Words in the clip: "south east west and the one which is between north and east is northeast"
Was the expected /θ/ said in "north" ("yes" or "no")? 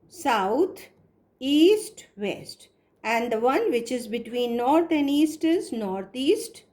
no